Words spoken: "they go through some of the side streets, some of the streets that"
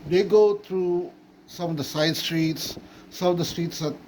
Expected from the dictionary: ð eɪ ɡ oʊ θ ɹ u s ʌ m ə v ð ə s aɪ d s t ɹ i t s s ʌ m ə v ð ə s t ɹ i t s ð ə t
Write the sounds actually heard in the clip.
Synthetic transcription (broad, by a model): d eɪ ɡ oʊ t ɹ u s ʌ m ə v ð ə s aɪ d s t ɹ i t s s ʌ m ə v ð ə s t ɹ i t s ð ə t